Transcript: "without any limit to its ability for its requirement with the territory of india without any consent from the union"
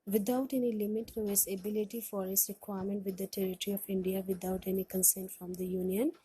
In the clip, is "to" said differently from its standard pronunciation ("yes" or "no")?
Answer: no